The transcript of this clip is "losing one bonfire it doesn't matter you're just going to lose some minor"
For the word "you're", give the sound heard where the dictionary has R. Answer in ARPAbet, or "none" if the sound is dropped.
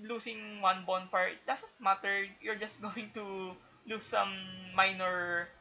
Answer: R